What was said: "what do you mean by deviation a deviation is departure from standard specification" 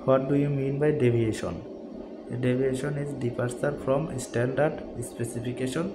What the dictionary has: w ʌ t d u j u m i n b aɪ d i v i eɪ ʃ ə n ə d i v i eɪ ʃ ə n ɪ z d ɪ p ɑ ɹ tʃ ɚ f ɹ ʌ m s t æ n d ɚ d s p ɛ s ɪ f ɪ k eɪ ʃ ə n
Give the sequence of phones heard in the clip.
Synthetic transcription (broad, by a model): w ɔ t d u j u m i n b aɪ d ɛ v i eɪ ʃ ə n ə d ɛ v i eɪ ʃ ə n ɪ z d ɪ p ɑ ɹ s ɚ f ɹ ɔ m s t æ n d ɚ d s p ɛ s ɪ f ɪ k eɪ ʃ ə n